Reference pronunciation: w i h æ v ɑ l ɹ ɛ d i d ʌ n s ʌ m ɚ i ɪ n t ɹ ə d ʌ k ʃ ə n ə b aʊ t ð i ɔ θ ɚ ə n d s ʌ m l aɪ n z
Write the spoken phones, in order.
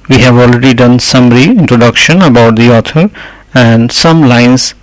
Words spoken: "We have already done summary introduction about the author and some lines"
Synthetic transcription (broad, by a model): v i h æ v ɑ l ɹ ɛ d i d ʌ n s ʌ m ɚ i ɪ n t ɹ ə d ʌ k ʃ ə n ə b aʊ t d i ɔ t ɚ ə n d s ʌ m l aɪ n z